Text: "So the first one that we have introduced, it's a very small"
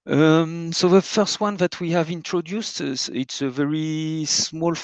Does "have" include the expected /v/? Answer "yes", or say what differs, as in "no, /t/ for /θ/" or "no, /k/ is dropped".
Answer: yes